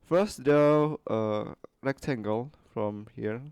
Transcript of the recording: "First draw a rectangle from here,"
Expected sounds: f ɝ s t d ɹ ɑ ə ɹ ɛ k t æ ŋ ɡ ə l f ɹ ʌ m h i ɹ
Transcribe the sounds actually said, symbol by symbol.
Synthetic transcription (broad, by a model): f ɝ s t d ɛ ə ɹ ɛ k t æ ŋ ɡ ə l f ɹ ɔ m h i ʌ